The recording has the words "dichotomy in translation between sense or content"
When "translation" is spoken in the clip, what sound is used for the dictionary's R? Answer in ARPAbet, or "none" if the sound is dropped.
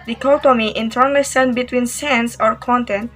none